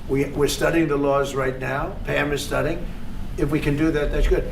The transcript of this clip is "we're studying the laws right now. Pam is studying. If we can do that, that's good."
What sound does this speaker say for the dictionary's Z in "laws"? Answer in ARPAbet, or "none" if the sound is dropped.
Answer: Z